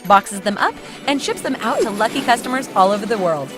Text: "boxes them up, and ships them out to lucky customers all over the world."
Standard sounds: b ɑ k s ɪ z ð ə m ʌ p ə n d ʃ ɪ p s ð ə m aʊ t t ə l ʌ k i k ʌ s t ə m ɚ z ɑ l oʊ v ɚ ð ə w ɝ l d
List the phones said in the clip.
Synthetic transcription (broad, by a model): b ɑ k s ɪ z ð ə m ʌ p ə n ʃ ɪ p s ð ə m aʊ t t ə l ʌ k i k ʌ s t ə m ɚ z ɑ l oʊ v ɚ ð ə w ɝ l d